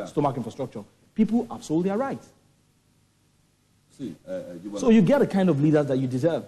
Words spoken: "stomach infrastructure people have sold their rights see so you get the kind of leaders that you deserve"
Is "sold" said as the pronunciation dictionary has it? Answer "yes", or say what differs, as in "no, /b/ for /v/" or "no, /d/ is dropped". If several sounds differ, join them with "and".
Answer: yes